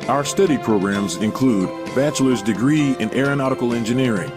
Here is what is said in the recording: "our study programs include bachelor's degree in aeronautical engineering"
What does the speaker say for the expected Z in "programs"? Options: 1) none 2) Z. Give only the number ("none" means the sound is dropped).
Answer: 2